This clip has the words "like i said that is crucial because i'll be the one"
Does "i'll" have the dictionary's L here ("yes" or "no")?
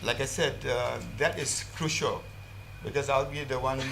yes